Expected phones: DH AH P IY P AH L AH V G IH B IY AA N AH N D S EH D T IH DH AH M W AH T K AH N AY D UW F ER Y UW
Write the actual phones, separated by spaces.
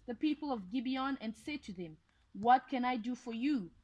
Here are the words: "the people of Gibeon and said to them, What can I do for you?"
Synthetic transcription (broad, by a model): DH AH P IY P AH L AH V G IH B IY AA N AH N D S EH D T IH DH AH M W AH T K AH N AY D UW F ER Y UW